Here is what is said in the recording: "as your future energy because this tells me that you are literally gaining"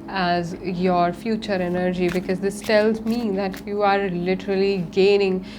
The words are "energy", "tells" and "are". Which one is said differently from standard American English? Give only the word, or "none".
none